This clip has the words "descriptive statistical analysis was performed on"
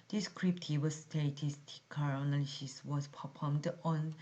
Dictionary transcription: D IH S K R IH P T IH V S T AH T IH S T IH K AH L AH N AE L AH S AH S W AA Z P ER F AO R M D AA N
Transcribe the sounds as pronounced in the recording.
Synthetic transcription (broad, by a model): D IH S K R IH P T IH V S T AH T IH S T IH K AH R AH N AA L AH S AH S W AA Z P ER P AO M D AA N